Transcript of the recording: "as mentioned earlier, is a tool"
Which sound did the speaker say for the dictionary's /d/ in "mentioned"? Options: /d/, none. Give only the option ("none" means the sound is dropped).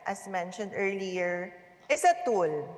/d/